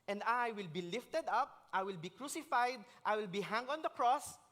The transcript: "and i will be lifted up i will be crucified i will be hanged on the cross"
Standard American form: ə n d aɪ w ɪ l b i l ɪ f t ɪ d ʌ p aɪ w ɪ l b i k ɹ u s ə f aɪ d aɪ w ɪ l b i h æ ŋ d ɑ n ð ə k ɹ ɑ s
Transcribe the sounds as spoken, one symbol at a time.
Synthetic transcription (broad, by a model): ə n d aɪ w ɪ l b i l ɪ f t ɪ d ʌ p aɪ w ɪ l b i k ɹ u s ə f aɪ d aɪ w ɪ l b i h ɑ ŋ ɑ n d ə k ɹ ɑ s